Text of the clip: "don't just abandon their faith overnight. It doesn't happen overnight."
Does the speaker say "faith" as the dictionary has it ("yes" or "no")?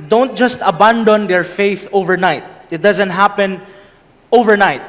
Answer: yes